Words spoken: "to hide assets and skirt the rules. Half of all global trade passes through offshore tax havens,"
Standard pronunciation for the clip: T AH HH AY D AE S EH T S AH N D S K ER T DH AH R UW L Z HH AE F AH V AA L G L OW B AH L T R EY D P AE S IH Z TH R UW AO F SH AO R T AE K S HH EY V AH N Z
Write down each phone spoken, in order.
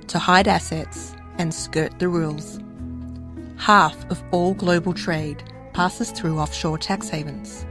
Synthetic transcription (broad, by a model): T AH HH AY D AE S EH T S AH N S K ER T DH AH R UW L Z HH AE F AH V AA L G L OW B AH L T R EY D P AE S IH Z TH R UW AO F SH AO R T AE K S HH EY V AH N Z